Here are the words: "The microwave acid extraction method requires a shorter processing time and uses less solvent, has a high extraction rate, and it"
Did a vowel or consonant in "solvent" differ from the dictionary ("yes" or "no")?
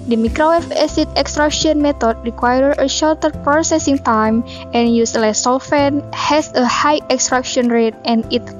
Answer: yes